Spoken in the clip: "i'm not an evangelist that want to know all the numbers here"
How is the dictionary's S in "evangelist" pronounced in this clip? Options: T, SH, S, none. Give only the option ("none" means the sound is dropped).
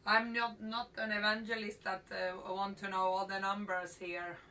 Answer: S